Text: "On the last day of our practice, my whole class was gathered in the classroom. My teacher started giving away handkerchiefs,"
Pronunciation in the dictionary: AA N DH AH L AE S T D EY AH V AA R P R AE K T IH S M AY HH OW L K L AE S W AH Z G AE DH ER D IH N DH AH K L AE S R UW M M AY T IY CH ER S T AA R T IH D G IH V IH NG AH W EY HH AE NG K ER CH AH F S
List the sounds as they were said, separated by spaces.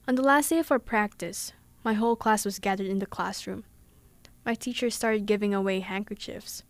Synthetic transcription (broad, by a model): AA N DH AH L AE S T D EY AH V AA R P R AE K T IH S M AY HH OW L K L AE S W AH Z G AE DH ER D IH N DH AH K L AE S R UW M M AY T IY CH ER S T AA R T IH D G IH V IH NG AH W EY HH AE NG K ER CH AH F S